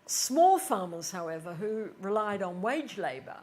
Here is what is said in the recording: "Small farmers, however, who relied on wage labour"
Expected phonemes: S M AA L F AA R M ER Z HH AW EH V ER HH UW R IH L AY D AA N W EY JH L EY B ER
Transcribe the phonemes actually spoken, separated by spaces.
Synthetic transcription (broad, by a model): S M AA L F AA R M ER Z HH AW EH V ER HH UW R IH L AY D N W EY JH L EY B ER